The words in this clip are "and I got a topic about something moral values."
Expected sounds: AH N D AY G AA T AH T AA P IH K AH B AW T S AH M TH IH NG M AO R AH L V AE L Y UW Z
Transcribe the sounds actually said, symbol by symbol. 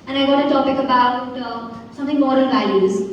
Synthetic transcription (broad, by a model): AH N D AY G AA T AH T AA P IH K AH B AW T S AH M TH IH NG M AO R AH N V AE L Y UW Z